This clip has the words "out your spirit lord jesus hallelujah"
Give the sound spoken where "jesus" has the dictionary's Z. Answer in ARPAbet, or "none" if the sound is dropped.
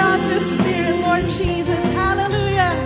Z